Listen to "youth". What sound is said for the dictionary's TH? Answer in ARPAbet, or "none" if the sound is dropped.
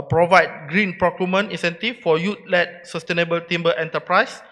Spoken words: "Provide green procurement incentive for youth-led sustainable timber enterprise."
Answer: T